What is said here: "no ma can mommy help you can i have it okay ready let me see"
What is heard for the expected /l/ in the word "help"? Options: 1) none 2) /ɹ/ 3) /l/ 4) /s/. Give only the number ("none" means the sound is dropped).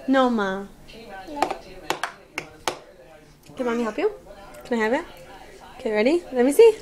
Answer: 1